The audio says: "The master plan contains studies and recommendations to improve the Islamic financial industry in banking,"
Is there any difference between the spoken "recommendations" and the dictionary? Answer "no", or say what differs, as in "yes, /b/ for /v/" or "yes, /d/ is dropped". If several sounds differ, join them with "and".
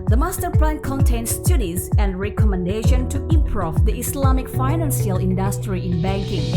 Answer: yes, /z/ is dropped